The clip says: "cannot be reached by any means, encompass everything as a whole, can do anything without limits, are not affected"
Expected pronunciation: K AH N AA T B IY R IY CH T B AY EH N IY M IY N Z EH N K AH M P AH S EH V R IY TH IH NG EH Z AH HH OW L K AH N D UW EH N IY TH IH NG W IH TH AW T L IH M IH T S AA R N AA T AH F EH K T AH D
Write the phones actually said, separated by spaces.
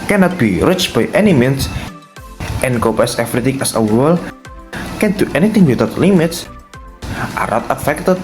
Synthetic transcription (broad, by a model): K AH N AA T B IY R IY CH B AY EH N IY M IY N S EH N K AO P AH S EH F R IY T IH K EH S AH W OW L K AH N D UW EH N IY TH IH NG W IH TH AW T L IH M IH T S AA R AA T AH F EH K T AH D